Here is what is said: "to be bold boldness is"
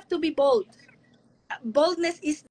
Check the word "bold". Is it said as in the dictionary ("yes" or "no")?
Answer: yes